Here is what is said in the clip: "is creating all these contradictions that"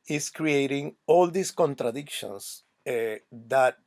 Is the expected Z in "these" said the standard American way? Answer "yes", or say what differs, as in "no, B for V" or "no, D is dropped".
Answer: no, S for Z